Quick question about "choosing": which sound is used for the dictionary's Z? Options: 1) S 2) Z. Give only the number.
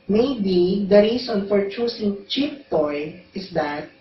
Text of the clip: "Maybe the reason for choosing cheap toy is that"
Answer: 1